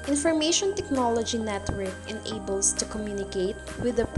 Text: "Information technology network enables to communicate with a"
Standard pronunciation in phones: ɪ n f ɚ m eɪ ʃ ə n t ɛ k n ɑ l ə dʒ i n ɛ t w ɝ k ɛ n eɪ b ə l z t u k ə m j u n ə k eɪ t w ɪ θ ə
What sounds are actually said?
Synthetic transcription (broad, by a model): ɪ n f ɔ m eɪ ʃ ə n t ɛ k n ɑ l ə dʒ i n ɛ t w ɝ k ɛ n eɪ b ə l s t u k ə m j u n ə k eɪ t w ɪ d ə